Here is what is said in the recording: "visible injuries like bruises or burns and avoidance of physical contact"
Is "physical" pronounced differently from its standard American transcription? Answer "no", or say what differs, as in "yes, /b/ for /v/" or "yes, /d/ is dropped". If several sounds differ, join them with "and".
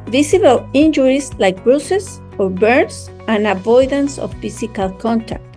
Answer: yes, /s/ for /z/